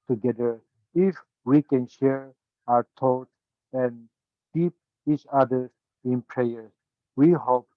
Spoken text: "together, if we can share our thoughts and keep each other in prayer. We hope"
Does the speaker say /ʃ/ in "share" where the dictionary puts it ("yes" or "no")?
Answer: yes